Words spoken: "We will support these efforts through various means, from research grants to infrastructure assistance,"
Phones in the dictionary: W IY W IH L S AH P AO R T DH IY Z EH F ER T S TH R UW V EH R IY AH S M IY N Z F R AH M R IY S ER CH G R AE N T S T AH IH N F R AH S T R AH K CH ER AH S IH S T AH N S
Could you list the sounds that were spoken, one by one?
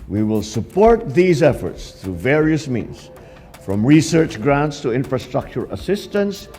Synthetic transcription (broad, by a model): W IY W IH L S AH P AO R T DH IY Z EH F ER T S TH R UW V EH R IY AH S M IY N Z F R AH M R IY S ER CH G R AE N T S T AH IH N F R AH S T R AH K CH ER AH S IH S T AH N S